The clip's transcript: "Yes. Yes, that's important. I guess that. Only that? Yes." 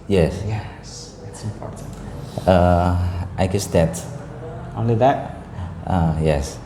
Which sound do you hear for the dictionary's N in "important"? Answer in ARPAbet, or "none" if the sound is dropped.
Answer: none